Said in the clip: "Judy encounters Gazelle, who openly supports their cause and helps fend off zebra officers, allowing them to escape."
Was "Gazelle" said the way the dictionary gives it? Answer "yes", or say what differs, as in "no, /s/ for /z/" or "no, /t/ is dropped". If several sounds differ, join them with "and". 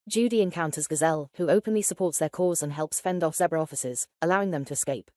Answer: yes